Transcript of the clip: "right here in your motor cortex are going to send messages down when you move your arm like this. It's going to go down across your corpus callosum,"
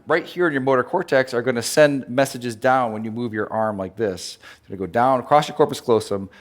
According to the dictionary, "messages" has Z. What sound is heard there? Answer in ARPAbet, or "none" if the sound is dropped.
Z